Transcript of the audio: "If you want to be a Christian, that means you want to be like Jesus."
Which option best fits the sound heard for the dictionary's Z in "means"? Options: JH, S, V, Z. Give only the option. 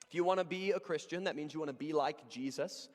Z